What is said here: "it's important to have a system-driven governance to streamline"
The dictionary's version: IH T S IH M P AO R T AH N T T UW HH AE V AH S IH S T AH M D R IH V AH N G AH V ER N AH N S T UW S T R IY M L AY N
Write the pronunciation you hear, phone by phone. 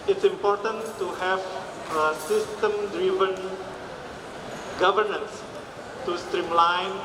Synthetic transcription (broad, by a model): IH T S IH M P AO R T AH N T T UW HH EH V AH S IH S T AH M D R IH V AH N G AH V ER N AH N S T UW S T R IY M L AY N